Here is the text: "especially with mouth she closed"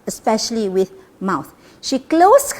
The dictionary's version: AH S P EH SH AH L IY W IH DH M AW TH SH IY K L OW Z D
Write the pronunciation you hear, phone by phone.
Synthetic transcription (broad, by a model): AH S P EH SH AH L IY W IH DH M AW TH SH IY K L OW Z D